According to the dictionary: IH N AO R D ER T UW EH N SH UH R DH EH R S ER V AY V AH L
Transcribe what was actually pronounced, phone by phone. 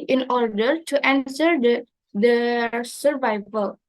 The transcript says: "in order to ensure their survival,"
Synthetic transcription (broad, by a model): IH N AO R D ER T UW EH N S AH R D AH S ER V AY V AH L